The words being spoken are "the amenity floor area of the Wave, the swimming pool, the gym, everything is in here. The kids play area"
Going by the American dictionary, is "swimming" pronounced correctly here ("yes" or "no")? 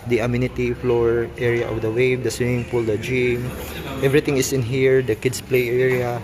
no